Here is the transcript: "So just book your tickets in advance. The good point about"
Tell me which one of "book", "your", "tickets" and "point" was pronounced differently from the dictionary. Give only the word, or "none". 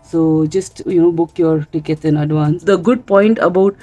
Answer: tickets